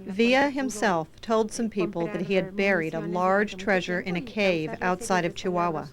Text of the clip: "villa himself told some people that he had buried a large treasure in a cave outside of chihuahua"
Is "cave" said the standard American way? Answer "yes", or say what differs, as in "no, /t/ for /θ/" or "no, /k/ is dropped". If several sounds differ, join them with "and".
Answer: yes